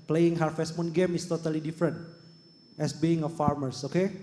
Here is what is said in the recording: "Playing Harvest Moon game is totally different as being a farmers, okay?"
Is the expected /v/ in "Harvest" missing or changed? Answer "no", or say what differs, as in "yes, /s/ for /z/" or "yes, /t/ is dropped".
yes, /f/ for /v/